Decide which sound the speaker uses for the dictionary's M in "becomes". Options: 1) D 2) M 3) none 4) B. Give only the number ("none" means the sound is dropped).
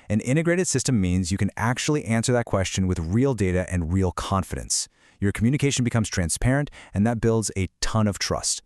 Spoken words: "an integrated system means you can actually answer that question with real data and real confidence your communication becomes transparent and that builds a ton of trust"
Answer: 2